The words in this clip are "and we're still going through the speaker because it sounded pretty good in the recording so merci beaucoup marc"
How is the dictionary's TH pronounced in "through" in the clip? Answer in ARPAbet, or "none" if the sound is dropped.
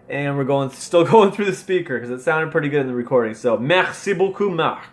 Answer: TH